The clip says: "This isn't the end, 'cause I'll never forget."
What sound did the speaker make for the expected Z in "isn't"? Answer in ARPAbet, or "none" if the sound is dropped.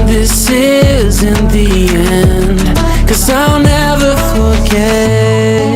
Z